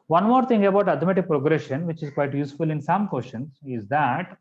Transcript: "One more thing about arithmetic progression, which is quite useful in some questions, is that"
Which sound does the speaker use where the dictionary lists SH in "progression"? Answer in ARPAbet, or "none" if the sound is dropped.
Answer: SH